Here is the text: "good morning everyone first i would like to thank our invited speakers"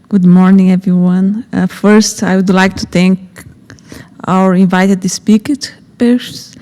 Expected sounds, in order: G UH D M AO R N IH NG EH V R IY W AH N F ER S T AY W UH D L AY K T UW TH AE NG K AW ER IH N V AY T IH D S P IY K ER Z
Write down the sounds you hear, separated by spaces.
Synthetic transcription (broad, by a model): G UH D M AO R N IH NG EH V R IY W AH N F ER S T AY W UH D L AY K T UW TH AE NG K AW ER IH N V AY T IH D S P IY K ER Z